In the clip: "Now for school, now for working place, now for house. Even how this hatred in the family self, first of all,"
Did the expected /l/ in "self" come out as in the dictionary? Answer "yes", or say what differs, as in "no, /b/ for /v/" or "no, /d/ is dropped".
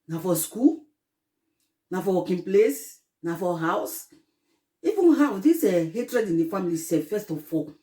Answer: no, /l/ is dropped